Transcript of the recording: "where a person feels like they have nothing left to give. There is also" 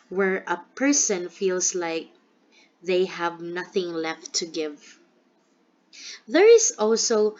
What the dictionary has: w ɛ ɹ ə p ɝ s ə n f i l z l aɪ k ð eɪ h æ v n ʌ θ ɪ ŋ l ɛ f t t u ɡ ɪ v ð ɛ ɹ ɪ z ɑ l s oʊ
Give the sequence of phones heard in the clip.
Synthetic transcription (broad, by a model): w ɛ ɹ ə p ɝ s ə n f i l s l aɪ k ð eɪ h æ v n ʌ θ ɪ ŋ l ɛ f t t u ɡ ɪ v ð ɛ ɹ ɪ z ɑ l s oʊ